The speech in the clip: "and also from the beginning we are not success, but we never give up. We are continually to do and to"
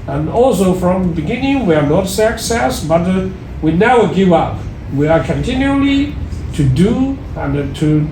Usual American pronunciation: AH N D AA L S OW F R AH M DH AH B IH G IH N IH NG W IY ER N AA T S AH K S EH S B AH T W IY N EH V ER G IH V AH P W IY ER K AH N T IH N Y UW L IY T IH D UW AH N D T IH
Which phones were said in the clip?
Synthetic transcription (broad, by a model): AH N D AA L S OW F R AH M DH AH B IH G IH N IH NG W IY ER N AA T S AH K S EH S B AH T W IY N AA UH G IH V AH P W IY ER K AH N T IH N Y UW L IY T IH D UW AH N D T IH